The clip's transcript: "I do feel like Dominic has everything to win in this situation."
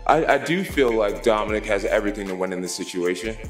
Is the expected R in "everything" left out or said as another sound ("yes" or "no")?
no